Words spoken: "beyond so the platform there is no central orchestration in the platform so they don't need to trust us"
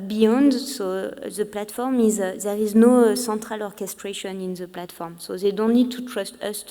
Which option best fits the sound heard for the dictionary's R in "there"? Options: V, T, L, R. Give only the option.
R